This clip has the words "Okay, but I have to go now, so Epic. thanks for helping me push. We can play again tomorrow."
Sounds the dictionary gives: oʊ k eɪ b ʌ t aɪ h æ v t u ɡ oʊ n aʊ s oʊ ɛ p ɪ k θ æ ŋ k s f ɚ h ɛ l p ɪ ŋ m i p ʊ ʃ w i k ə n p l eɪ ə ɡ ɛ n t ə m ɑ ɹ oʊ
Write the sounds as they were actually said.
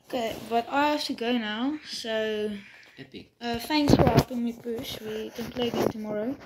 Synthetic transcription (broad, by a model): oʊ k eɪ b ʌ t aɪ h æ f t u ɡ oʊ n aʊ s oʊ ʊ ɪ θ æ ŋ k s f ɚ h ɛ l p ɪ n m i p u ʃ w i k ə n p l eɪ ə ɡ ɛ t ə m ɑ ɹ oʊ